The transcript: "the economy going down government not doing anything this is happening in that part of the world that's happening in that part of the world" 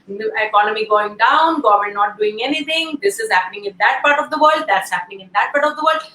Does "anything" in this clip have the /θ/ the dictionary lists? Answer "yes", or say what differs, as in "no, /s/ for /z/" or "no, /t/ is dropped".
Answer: no, /t/ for /θ/